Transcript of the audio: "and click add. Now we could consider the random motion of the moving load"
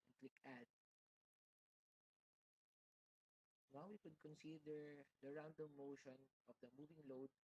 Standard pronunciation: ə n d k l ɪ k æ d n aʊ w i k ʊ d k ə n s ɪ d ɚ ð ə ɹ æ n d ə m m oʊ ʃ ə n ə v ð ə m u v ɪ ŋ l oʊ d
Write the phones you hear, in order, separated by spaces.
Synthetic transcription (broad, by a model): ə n k l ɪ k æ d n aʊ w i k ʊ d k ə n s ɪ d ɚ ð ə ɹ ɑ n d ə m m oʊ ʃ ə n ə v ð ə m u v ɪ ŋ l oʊ d